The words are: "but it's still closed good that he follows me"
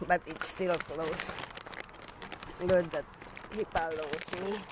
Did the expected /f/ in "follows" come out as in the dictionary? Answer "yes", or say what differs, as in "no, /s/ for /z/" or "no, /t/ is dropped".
no, /p/ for /f/